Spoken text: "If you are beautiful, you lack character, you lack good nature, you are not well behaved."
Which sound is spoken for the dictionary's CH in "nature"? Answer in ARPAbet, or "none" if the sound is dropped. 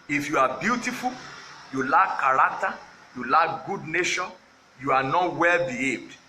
SH